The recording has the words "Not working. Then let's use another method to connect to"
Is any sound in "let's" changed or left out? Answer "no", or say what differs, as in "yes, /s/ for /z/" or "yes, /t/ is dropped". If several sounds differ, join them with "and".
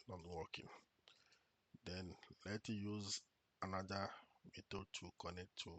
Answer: yes, /s/ is dropped